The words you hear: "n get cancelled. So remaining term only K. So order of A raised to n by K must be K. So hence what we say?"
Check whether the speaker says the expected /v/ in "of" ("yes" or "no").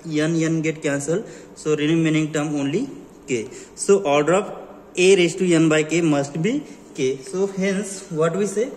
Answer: no